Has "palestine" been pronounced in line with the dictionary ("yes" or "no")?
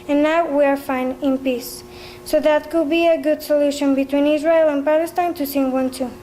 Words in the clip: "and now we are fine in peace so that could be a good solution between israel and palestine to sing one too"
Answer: yes